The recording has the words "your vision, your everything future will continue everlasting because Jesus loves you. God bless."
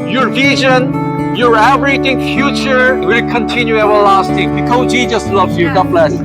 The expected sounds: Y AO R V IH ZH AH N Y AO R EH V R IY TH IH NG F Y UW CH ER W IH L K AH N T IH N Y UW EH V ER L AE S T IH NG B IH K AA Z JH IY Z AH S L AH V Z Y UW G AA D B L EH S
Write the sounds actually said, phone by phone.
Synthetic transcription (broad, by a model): Y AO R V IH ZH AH N Y AO R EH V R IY T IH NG F Y UW CH ER W IH L K AH N T IH N Y UW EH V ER L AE S T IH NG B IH K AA JH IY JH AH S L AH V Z Y UW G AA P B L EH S